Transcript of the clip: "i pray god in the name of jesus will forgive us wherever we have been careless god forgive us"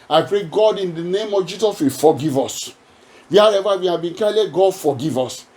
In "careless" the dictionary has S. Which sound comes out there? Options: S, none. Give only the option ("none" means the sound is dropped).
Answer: none